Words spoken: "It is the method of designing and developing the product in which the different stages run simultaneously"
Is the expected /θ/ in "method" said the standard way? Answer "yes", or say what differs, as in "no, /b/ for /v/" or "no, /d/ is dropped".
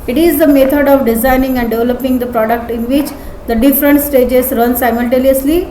no, /t/ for /θ/